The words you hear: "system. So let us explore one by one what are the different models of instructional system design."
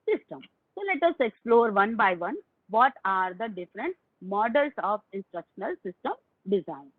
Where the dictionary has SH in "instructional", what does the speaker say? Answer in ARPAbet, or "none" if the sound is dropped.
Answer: SH